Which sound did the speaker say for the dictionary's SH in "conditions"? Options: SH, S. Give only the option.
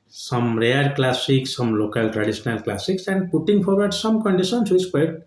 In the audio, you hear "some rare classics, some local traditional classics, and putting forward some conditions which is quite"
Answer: S